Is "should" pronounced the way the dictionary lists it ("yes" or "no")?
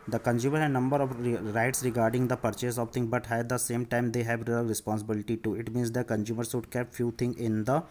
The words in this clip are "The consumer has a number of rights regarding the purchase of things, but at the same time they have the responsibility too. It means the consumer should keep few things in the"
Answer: no